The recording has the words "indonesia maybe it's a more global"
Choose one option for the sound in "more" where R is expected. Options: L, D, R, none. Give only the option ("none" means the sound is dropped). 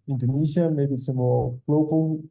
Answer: L